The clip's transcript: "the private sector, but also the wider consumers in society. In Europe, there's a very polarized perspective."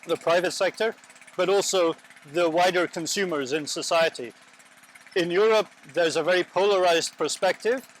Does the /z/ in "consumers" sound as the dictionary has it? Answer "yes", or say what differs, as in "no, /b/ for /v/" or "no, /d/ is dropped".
yes